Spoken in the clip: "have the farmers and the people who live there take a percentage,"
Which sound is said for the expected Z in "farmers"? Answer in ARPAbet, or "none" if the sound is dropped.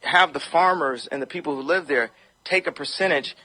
Z